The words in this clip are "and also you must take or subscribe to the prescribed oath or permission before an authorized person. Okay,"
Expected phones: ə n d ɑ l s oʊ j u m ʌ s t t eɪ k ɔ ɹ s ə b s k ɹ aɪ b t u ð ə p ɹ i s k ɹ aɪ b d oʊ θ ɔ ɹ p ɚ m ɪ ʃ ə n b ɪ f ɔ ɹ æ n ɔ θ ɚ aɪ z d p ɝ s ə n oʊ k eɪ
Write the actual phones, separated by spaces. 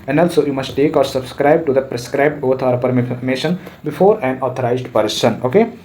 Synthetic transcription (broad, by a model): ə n d ɑ l s oʊ j u m ʌ s t t eɪ k ɔ ɹ s ə b s k ɹ aɪ b t u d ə p ɹ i s k ɹ aɪ b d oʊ t ɔ ɹ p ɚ m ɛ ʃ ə n b ɪ f ɔ ɹ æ n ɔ t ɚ aɪ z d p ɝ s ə n oʊ k eɪ